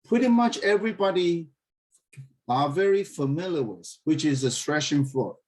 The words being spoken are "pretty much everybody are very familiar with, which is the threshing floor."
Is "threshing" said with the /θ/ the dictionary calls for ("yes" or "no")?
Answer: no